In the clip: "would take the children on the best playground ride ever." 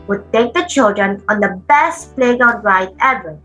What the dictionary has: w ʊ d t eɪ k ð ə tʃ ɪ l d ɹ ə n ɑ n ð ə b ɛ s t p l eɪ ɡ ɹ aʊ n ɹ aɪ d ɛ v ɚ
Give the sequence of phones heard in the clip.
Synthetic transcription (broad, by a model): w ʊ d t eɪ k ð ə tʃ ɪ l d ɹ ə n ɑ n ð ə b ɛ s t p l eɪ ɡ aʊ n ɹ aɪ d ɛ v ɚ